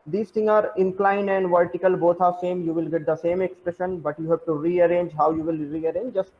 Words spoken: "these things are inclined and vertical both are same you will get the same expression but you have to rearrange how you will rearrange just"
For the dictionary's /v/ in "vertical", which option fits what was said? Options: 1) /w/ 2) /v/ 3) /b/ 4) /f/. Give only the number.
2